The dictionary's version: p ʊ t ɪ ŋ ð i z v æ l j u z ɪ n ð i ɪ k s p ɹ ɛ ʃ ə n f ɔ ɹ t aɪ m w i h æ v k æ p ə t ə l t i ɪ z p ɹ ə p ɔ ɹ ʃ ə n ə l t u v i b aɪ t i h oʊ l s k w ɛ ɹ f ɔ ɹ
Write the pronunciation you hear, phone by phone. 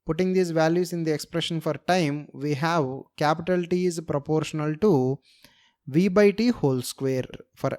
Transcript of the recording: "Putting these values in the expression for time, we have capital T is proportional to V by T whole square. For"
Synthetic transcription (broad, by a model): p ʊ t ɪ ŋ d i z v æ l j u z ɪ n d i ɪ k s p ɹ ɛ ʃ ə n f ɔ ɹ t aɪ m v i h æ v k æ p ə t ə l t i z p ɹ ə p ɔ ɹ ʃ ə n ə l t u v i b aɪ t i h oʊ l s k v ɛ ɹ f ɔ ɹ